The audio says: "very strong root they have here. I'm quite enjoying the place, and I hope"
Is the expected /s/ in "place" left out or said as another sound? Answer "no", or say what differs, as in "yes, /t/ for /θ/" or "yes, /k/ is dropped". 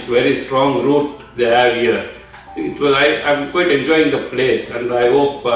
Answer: no